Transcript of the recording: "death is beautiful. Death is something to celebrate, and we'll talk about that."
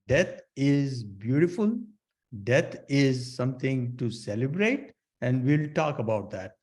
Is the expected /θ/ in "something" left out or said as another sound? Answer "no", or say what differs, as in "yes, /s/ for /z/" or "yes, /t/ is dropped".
yes, /t/ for /θ/